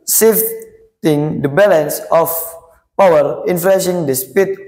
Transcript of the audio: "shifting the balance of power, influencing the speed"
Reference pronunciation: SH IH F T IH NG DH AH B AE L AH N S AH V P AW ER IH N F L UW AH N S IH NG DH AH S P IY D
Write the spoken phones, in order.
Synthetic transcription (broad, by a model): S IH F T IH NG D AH B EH L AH N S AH F P AW ER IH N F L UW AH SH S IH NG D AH S P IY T